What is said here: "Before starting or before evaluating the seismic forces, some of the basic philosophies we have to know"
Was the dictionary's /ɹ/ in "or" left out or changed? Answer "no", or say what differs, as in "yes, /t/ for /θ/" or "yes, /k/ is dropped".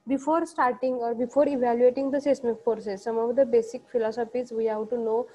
no